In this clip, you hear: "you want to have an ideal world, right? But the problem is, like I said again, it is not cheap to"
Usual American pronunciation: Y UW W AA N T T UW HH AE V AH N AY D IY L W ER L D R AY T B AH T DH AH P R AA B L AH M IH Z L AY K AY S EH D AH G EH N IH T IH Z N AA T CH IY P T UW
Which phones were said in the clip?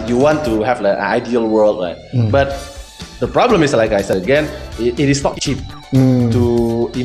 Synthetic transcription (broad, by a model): Y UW W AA N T T UW HH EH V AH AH AY D IY L W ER L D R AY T B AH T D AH P R AA B L AH M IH S L AY K AY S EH AH G EH N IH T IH S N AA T CH IY P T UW